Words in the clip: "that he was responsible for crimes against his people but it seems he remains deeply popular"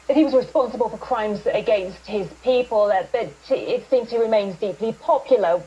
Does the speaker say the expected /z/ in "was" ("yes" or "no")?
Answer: yes